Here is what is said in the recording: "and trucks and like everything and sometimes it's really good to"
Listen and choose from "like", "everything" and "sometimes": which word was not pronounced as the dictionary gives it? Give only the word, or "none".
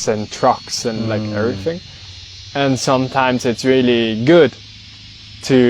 none